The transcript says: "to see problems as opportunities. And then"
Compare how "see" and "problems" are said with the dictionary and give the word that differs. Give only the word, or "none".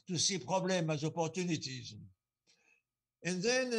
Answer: problems